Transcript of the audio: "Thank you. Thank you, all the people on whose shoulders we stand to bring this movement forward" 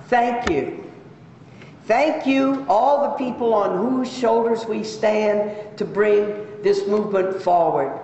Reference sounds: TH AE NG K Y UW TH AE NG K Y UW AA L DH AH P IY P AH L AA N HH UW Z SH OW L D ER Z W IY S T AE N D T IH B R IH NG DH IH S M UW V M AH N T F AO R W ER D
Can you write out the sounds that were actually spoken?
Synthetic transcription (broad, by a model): TH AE NG K Y UW TH AE NG K Y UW AA L DH AH P IY P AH L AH N HH UW Z SH OW L D ER Z W IY S T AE N T IH B R IH NG DH IH S M UW V M AH N T F AO R W ER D